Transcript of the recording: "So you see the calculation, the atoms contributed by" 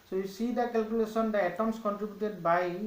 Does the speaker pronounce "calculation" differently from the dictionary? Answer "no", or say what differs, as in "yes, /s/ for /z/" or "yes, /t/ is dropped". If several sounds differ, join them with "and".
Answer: yes, /s/ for /ʃ/